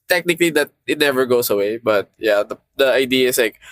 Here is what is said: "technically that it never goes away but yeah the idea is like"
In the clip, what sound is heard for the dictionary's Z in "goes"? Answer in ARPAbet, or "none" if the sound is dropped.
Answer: S